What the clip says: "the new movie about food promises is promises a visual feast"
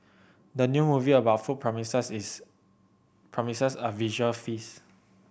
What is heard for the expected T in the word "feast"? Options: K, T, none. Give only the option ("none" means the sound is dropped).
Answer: none